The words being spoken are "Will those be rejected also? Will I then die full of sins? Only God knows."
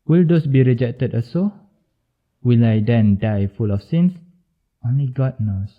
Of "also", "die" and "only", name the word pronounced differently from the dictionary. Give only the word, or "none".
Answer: also